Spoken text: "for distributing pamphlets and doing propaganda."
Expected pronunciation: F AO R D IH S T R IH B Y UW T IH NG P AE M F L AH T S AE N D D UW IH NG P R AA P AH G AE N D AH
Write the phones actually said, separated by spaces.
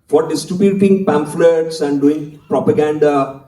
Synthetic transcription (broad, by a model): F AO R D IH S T UW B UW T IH NG P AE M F L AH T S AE N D D UW IH NG P R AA P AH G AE N D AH